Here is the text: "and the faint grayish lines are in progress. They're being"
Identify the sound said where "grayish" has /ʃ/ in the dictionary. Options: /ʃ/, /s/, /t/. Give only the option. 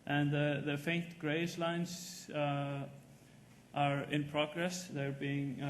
/s/